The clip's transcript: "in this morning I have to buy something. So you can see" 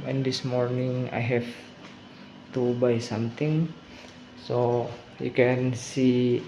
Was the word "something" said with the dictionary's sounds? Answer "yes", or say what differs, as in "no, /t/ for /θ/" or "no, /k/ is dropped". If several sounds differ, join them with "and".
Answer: no, /t/ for /θ/